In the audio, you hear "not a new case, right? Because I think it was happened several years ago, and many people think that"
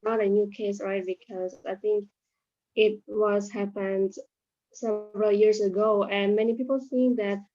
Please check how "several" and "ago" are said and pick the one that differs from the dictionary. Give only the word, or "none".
none